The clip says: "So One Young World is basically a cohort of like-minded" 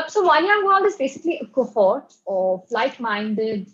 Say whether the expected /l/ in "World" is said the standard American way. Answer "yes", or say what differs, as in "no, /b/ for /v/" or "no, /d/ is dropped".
no, /n/ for /l/